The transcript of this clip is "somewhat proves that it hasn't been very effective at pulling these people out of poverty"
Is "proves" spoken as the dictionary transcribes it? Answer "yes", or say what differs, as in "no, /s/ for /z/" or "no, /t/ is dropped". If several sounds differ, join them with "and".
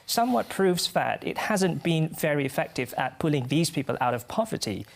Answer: yes